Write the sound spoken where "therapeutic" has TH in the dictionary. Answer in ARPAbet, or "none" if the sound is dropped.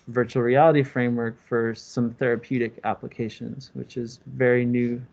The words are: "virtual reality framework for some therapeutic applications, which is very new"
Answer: TH